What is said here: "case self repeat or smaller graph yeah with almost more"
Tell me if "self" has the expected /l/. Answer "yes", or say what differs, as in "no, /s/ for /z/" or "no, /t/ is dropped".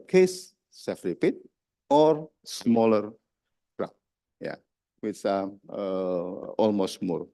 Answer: no, /l/ is dropped